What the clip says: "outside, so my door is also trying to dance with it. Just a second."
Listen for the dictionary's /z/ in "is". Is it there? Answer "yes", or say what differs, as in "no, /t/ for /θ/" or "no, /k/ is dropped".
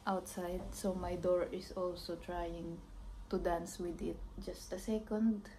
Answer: no, /s/ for /z/